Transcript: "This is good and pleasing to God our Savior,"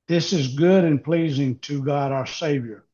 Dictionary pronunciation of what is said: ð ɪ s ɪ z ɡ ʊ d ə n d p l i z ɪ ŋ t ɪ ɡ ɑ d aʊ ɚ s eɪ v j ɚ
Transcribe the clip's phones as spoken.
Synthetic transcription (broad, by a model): ð ɪ s ɪ z ɡ ʊ d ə n p l i z ɪ ŋ t ɪ ɡ ɑ d aʊ ɚ s eɪ v j ɚ